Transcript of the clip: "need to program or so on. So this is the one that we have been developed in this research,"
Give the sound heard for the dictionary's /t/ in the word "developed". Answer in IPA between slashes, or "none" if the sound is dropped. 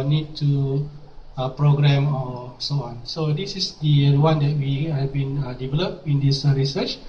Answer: none